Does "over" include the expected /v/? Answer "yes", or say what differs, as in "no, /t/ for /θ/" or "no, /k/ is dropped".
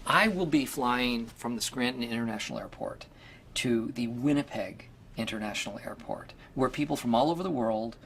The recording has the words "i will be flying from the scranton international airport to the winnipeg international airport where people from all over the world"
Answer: yes